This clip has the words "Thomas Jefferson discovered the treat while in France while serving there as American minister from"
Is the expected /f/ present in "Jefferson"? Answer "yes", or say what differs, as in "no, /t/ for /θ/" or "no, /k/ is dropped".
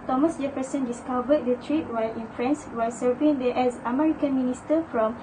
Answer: no, /p/ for /f/